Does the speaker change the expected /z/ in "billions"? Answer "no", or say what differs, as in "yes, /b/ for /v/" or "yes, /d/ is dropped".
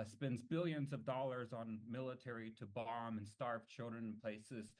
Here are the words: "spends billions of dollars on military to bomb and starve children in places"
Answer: no